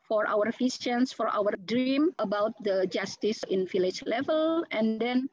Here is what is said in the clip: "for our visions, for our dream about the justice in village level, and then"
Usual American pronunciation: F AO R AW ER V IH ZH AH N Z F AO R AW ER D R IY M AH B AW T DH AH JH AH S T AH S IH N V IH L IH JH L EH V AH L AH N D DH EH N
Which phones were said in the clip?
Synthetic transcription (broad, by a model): F AO R AW ER F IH S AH N S F AO R AW ER D R IY M AH B AW T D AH JH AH S T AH S IH N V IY L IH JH L EH V AH L AH N D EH N